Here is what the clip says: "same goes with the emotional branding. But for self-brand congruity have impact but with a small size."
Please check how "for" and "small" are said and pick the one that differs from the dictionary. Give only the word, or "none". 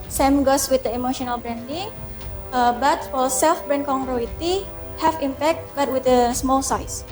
for